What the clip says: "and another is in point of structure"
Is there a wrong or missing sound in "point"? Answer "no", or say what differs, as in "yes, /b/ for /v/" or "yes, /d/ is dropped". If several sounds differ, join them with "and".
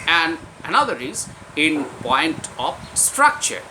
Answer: no